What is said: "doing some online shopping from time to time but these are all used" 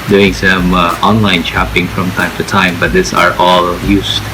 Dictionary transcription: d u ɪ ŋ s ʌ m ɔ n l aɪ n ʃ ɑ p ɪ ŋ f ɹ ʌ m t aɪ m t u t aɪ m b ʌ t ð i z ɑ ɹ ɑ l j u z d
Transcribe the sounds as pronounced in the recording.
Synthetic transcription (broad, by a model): d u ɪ ŋ s ʌ m ɔ n l aɪ n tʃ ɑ p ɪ ŋ f ɹ ʌ m t aɪ m t u t aɪ m b ʌ t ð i s ɑ ɹ ɑ l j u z